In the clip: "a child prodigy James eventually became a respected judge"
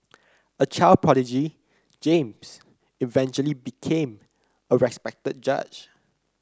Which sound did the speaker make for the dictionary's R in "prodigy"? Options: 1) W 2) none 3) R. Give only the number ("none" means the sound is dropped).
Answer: 2